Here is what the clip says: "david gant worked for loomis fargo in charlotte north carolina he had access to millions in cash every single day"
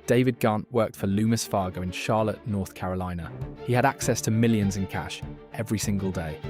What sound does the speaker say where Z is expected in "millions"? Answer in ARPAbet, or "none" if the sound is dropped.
Z